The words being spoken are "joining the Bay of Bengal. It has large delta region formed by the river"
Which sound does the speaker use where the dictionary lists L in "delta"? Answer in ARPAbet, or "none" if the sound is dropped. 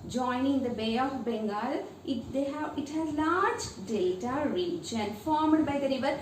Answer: none